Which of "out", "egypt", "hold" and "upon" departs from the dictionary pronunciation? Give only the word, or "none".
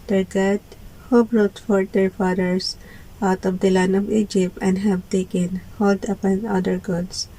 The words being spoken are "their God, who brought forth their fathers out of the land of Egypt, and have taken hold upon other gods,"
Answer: none